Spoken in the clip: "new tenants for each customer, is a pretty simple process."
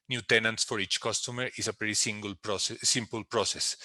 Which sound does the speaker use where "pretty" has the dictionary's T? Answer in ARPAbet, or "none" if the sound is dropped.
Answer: S